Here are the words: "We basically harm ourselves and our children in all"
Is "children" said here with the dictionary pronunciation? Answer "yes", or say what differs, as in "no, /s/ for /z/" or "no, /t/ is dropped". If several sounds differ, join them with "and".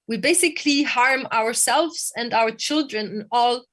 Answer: yes